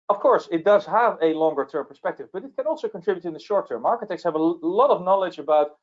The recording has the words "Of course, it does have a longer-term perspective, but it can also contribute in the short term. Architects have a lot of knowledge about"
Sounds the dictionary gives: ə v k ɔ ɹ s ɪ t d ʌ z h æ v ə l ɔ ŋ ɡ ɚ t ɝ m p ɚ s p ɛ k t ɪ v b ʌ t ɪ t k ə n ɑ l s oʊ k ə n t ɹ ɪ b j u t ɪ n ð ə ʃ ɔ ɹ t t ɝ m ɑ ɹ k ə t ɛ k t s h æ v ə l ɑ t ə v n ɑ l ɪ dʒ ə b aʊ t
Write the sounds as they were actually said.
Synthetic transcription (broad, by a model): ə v k ɔ ɹ s ɪ t d ʌ z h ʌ v ə l ɔ ŋ ɡ ɚ t ɝ m p ɚ s p ɛ k t ɪ v b ʌ t ɪ t k ə n ɑ l s oʊ k ə n t ɹ ɪ b j u t ɪ n ð ə ʃ ɔ ɹ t t ɝ m ɑ ɹ k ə t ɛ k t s h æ v ə l ɑ t ə v n ɑ l ɪ dʒ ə b aʊ t